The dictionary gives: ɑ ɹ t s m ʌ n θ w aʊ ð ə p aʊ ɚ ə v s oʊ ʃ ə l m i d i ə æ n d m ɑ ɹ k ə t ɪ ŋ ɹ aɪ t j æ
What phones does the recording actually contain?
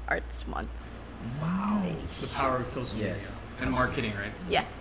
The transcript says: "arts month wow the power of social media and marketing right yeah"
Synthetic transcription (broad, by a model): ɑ ɹ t s m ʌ n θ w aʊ ð ə p aʊ ɚ ə v s oʊ ə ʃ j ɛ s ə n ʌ m ɑ ɹ k ə t ɪ ŋ ɹ aɪ t j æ